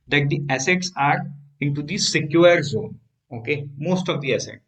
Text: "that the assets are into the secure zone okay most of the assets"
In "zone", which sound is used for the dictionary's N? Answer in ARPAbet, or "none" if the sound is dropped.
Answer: N